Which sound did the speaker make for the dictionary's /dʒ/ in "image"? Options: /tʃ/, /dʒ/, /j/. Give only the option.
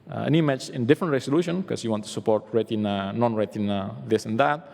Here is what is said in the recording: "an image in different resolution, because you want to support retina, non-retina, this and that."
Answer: /tʃ/